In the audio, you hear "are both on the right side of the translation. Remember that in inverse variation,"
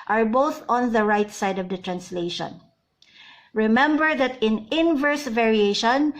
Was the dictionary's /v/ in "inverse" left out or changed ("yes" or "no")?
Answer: no